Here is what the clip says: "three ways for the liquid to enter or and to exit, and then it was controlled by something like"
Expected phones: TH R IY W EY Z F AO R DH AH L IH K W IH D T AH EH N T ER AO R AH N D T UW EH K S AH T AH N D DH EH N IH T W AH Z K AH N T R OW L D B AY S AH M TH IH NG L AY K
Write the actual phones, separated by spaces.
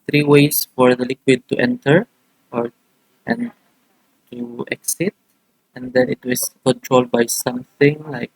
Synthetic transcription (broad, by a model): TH R IY W EY S F AO R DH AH L IH K W IH D T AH EH N T ER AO R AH N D T UW EH K S AH T AH N D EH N IH T W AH S K AH N T R OW L D B AY S AH M TH IH NG L AY K